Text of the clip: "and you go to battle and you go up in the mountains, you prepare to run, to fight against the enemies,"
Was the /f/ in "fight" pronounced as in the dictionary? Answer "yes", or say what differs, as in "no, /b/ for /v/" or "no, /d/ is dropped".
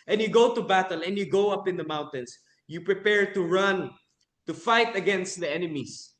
yes